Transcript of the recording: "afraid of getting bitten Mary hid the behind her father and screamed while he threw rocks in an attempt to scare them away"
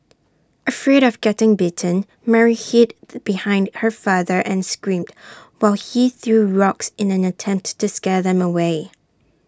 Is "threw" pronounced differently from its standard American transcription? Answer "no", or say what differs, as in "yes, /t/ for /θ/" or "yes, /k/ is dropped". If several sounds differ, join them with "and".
no